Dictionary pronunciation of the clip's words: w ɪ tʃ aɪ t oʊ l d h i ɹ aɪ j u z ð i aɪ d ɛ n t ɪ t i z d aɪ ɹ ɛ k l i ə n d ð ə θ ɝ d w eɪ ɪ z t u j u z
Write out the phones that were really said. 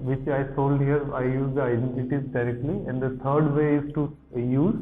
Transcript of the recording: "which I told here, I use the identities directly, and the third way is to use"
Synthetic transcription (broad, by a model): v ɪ tʃ aɪ s oʊ l d h i ɹ aɪ j u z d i aɪ d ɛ n t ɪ t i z d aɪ ɹ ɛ k l i ə n d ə t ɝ d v eɪ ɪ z t u j u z